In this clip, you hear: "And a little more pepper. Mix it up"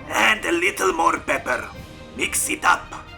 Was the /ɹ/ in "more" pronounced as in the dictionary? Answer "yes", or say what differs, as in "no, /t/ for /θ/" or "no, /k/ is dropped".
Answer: yes